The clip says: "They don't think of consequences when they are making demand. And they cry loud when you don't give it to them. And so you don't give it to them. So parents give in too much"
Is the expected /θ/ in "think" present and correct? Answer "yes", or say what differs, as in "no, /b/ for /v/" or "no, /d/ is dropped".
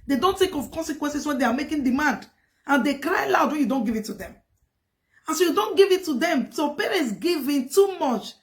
no, /t/ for /θ/